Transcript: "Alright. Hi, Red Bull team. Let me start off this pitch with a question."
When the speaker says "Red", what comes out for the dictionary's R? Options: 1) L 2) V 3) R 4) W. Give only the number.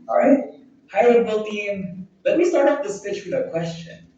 1